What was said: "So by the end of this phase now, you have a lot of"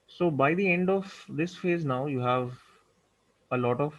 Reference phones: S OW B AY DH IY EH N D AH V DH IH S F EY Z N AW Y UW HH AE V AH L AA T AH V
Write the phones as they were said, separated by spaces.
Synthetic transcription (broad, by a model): S OW B AY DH IY EH N D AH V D IH S F EY Z N AW Y UW HH AE V AH L AA T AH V